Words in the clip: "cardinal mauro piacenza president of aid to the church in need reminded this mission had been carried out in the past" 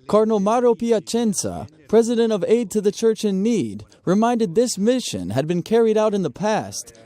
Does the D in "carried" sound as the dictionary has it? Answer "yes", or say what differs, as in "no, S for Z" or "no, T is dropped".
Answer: yes